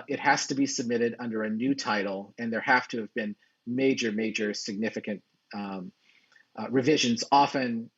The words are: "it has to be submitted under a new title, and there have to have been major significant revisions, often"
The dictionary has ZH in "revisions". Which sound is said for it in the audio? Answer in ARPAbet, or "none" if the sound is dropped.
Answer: ZH